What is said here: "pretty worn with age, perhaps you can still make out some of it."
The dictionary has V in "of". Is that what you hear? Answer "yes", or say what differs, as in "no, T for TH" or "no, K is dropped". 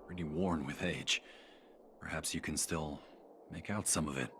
yes